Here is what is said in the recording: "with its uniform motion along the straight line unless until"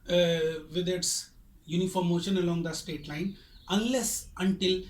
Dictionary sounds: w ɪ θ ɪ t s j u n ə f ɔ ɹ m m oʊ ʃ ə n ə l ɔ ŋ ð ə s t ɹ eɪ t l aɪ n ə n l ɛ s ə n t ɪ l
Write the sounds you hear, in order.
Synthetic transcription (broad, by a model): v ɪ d ɪ t s j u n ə f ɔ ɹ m m oʊ ʃ ə n ə l ɔ ŋ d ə s t eɪ t l aɪ n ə n l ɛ s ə n t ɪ l